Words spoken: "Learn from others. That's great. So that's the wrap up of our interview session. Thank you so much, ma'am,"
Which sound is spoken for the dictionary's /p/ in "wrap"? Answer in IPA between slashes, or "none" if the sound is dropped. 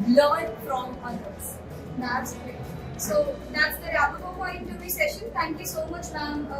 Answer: /b/